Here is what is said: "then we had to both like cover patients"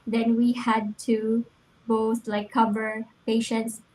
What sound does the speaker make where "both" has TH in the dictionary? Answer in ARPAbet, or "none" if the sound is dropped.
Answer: T